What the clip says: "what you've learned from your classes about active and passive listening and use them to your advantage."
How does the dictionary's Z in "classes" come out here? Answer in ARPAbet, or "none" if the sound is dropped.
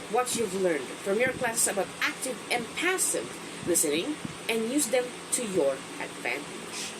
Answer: S